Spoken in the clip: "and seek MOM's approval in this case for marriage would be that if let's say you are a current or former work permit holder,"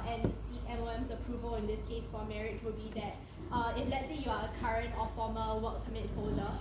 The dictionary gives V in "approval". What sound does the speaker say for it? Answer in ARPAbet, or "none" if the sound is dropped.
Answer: V